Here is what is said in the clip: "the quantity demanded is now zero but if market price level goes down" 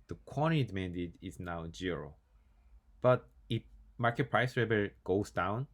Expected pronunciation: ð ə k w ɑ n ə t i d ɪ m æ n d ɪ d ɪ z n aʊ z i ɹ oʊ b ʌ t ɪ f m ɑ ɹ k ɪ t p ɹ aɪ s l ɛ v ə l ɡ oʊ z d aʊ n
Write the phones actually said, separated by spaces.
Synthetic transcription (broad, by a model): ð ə k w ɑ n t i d m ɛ n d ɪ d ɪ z n aʊ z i ɹ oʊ b ʌ t ɪ f m ɑ ɹ k ɪ t p ɹ aɪ s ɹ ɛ b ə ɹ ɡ oʊ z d aʊ n